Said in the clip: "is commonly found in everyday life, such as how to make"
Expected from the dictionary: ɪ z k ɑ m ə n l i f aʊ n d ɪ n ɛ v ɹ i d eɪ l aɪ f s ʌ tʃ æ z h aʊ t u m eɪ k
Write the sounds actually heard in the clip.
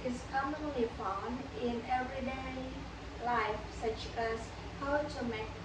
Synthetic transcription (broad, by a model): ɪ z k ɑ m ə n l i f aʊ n ɪ n ɛ v ɹ i d eɪ l aɪ f s ʌ tʃ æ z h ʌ t u m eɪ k